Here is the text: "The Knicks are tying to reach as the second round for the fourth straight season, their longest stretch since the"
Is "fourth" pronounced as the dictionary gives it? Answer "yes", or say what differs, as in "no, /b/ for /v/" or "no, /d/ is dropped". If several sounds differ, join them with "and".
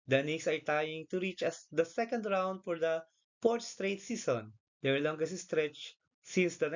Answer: no, /p/ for /f/ and /t/ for /θ/